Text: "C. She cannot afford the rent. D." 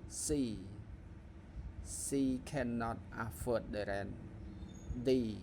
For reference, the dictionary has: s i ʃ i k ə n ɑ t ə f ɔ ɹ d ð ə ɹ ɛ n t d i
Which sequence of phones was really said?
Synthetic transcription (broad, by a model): s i s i k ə n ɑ t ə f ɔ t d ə ɹ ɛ n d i